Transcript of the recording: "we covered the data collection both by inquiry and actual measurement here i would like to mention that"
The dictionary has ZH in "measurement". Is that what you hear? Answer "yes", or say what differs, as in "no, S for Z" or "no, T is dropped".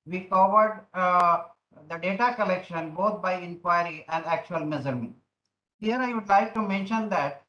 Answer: no, Z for ZH